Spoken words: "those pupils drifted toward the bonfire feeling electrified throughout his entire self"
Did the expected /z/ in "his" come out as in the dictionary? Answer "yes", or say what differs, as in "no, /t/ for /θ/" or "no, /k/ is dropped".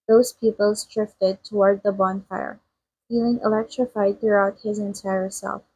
yes